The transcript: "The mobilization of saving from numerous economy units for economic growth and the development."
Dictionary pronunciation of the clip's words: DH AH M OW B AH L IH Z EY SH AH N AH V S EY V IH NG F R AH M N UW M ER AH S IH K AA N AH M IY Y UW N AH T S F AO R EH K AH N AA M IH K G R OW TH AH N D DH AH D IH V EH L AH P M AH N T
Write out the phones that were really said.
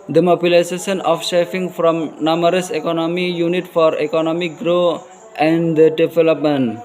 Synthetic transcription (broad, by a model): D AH M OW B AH L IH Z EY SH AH N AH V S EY F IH NG F R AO M N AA M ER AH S IH K AA N AH M IY Y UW N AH T F AO R EH K AH N AA M IH K G R OW AH N D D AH D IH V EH L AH P M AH N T